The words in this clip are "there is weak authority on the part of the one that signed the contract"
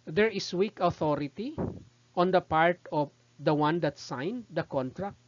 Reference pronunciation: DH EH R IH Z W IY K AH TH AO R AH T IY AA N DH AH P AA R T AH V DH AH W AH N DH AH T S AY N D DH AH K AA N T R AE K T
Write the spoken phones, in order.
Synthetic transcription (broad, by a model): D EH R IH S W IY K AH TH AO R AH T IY AA N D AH P AA R T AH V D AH W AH N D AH T S AY N D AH K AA N T R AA K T